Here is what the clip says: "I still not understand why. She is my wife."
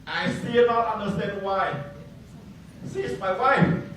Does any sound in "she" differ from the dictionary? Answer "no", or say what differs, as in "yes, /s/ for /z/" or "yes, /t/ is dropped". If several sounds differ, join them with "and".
yes, /s/ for /ʃ/